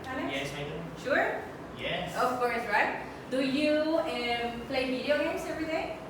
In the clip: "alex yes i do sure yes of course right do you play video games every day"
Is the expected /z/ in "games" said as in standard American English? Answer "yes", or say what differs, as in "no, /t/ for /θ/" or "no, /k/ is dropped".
no, /s/ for /z/